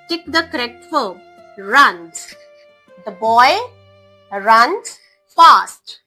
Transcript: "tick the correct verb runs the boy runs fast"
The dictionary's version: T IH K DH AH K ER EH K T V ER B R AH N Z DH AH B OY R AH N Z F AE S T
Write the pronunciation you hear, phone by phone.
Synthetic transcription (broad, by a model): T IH K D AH K ER EH K T F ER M R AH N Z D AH B OY R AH N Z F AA S T